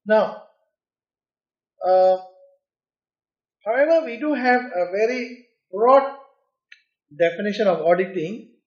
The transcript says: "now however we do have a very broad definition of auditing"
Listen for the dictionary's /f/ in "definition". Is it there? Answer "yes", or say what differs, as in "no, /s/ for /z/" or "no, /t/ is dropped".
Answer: yes